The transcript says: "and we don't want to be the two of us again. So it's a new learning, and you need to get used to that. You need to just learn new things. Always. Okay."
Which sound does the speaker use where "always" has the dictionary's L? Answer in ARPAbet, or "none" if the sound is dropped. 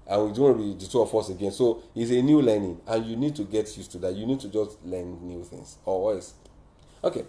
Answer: none